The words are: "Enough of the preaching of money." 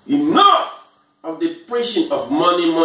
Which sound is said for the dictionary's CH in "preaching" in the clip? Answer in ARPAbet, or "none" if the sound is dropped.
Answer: SH